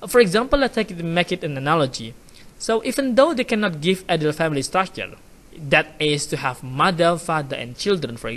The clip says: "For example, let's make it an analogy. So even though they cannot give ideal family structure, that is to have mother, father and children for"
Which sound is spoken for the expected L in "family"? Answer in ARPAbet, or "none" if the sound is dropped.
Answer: L